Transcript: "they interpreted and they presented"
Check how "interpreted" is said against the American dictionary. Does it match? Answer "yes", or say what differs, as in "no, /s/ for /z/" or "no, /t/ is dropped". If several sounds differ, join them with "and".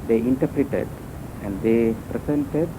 yes